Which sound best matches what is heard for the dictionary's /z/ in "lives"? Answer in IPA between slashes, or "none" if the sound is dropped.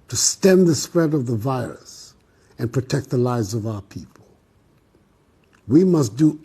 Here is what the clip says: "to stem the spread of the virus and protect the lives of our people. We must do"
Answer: /z/